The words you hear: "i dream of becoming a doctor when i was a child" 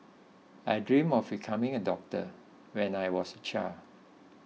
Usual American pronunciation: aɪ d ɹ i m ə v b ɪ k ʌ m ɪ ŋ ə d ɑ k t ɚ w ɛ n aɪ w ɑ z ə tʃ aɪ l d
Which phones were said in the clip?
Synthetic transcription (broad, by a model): aɪ d ɹ i m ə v b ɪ k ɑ m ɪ ŋ ə d ɑ k t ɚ w ɛ n aɪ w ɑ s ə tʃ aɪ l